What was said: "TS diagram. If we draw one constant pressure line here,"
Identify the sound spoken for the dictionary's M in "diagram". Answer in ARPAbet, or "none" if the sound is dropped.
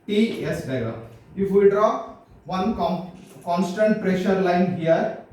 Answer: none